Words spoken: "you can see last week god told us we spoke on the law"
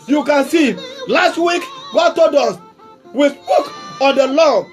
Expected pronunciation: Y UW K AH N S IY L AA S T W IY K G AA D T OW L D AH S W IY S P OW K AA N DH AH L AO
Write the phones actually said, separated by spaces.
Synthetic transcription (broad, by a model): Y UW K AH N S IY L AA S T W IY K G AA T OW D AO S W IY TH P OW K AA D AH L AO